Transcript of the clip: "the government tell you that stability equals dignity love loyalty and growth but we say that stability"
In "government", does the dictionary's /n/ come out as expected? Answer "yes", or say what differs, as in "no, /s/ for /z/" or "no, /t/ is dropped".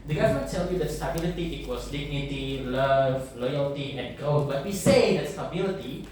no, /n/ is dropped